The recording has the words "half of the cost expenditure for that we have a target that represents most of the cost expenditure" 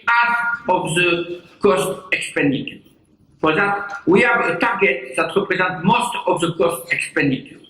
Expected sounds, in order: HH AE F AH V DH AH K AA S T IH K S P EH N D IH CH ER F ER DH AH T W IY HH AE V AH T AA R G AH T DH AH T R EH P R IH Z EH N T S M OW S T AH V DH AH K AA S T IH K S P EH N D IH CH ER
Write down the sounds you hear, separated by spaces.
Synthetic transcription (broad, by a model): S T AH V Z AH K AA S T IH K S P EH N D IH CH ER P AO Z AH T W IY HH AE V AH T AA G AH T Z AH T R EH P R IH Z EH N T M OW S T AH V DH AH K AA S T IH K S P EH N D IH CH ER